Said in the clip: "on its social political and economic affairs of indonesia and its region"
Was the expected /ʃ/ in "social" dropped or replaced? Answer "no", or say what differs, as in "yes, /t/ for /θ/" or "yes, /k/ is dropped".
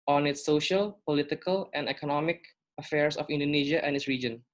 no